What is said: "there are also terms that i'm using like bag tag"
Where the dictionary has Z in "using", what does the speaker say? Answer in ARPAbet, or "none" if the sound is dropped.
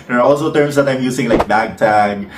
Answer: S